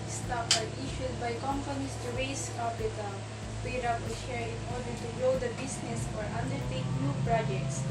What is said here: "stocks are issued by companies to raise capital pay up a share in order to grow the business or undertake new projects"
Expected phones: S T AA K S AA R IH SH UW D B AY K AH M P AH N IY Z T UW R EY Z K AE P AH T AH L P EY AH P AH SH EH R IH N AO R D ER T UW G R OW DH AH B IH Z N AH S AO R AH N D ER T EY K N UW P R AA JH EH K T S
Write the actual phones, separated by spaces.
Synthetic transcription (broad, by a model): S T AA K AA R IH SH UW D B AY K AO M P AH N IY S T UW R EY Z K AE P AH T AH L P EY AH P AH SH EH R IH N AO R D ER T UW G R OW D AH B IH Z N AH S AO R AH N D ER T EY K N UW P R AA JH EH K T S